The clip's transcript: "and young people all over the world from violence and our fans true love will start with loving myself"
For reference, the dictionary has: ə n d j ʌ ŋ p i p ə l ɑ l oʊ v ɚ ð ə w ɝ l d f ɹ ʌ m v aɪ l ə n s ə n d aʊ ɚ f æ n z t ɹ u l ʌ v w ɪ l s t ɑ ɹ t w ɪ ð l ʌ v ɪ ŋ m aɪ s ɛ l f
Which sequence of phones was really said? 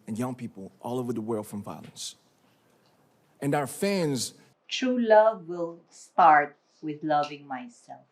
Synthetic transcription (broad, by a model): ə n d j ʌ ŋ p i p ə l ɑ l oʊ v ɚ ð ə w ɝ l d f ɹ ʌ m v aɪ l ə n s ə n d aʊ ɚ f æ n z t ɹ u l ʌ v w ɪ l s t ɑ ɹ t w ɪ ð l ʌ v ɪ ŋ m aɪ s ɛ l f